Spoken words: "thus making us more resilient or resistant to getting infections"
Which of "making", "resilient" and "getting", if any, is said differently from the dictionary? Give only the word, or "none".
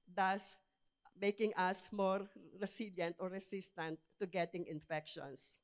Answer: resilient